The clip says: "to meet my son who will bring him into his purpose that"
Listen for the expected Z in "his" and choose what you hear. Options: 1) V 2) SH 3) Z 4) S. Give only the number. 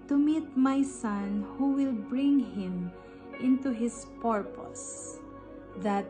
4